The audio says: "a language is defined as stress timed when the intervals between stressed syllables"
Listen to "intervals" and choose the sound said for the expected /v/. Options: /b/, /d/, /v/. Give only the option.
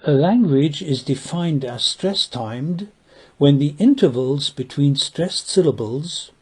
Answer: /v/